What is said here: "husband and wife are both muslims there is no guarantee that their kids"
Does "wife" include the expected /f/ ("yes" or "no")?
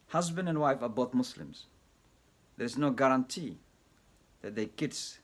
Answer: yes